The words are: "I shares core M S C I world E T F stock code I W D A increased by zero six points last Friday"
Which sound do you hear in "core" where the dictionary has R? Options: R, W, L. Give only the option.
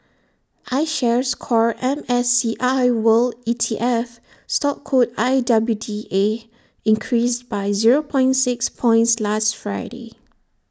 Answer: R